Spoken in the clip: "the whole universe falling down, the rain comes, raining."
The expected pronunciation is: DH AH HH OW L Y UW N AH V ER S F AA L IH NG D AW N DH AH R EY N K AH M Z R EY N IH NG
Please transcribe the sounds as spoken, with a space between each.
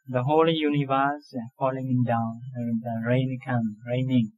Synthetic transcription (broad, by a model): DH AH HH OW L Y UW N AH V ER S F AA L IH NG D AW N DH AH R EY N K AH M R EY N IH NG